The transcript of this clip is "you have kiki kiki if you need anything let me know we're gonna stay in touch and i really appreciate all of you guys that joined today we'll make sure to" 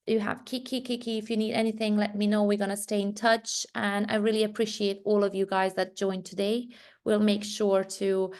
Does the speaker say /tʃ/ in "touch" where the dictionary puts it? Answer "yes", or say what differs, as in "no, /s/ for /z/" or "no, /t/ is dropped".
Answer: yes